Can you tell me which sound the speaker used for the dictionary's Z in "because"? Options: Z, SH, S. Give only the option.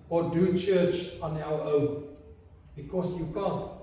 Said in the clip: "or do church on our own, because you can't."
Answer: S